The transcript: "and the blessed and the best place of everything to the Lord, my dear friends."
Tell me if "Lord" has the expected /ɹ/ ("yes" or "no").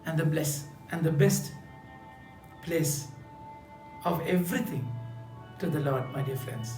yes